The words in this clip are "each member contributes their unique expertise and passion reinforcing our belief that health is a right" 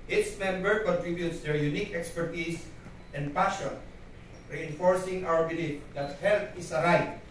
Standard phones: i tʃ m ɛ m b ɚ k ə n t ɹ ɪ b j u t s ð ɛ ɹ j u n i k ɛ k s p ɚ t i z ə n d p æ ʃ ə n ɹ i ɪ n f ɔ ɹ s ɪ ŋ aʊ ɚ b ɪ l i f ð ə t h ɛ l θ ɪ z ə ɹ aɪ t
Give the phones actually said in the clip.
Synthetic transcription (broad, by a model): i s m ɛ m b ɚ k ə n t ɹ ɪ b j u t s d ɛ ɹ j u n i k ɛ k s p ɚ t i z ə n d p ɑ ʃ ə n ɹ i ɪ n f ɔ ɹ s ɪ ŋ aʊ ɚ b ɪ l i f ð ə t h ɛ l t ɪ s ə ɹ aɪ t